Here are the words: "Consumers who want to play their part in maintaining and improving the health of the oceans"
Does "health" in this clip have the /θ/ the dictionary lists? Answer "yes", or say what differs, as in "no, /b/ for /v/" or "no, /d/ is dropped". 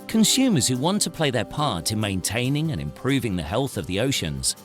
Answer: yes